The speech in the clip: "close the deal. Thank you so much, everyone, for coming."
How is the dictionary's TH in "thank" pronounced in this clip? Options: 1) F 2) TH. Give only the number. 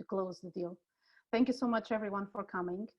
2